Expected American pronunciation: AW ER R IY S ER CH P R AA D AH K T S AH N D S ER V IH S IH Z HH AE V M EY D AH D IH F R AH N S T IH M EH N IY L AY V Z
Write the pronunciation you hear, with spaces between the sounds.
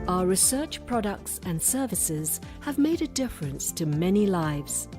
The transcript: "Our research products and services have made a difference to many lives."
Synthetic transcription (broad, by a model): AW ER R IY S ER CH P R AA D AH K T S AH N S ER V IH S IH Z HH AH V M EY D AH D IH F R AH N S T IH M EH N IY L AY V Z